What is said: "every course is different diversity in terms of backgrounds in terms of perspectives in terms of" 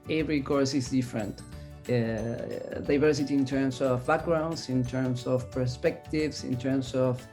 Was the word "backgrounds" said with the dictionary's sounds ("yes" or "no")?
no